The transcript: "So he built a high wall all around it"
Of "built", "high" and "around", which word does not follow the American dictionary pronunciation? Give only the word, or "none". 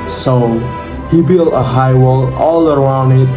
built